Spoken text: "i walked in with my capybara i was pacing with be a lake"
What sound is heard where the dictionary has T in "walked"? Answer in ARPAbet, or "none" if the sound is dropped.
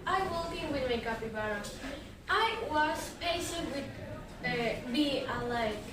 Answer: none